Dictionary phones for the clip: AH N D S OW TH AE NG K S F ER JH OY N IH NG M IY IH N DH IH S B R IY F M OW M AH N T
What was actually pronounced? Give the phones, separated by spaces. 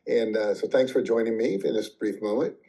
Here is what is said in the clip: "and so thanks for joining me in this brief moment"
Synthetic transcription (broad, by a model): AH N S OW TH AE NG K S F ER JH OY N IH NG M IY IH N DH IH S B R IY F M OW M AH N T